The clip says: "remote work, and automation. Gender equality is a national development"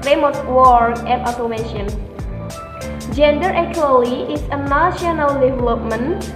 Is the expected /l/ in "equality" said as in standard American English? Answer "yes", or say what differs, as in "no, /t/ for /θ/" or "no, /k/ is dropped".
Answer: no, /l/ is dropped